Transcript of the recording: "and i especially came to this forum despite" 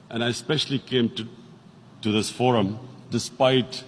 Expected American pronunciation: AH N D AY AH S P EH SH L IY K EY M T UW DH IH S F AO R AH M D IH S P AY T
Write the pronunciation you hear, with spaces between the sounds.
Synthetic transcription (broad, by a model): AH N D AY AH S P EH SH L IY K EY M T UW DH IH S F AO R AH M D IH S P AY T